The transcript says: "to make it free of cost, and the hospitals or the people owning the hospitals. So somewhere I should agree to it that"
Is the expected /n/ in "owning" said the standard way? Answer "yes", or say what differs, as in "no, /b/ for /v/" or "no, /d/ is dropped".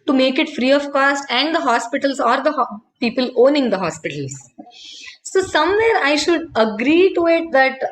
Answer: yes